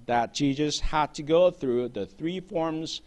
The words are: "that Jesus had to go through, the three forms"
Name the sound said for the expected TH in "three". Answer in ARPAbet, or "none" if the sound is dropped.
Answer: TH